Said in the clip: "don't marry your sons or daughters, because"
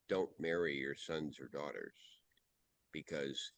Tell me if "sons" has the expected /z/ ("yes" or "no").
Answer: yes